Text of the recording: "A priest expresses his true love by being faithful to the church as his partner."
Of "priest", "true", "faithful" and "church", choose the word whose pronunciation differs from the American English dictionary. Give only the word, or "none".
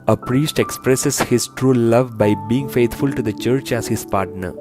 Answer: faithful